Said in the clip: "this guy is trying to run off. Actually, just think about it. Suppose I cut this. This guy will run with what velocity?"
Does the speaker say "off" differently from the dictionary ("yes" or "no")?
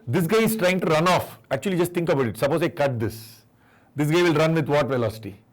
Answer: no